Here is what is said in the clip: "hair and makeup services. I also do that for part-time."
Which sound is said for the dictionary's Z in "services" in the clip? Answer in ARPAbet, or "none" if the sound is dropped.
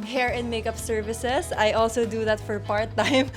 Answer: S